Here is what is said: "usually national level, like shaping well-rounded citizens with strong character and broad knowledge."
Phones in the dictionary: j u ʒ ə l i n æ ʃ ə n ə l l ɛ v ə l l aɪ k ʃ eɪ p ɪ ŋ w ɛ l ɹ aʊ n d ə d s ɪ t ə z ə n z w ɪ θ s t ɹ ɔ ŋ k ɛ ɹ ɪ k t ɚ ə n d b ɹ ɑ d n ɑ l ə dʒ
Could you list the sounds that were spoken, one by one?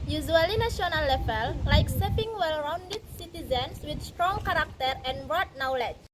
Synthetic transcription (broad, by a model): j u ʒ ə l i n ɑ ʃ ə n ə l l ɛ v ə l l aɪ k s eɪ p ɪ ŋ w ɛ l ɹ aʊ n d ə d s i t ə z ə n s w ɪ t s t ɹ ɔ ŋ k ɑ ɹ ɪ k t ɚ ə n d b ɹ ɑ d n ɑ l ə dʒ